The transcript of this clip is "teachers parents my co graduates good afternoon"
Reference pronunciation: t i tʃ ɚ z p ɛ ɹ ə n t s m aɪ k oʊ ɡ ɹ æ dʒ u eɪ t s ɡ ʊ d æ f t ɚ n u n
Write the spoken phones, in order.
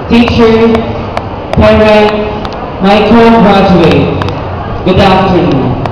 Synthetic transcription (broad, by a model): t i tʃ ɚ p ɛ ɹ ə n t m aɪ k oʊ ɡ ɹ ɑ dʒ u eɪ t ɡ ʊ d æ f t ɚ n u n